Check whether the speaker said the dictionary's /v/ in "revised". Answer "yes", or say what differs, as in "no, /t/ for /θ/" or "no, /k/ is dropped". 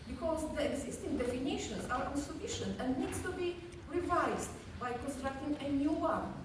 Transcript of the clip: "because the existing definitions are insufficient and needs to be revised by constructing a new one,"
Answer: yes